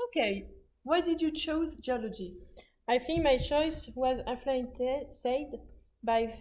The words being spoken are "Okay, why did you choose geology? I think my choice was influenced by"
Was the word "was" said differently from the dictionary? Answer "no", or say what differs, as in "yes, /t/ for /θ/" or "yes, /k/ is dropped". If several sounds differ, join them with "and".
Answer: no